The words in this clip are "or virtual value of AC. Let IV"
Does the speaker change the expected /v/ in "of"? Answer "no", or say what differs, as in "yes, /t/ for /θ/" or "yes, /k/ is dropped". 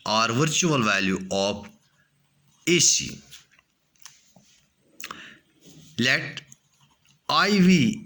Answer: yes, /p/ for /v/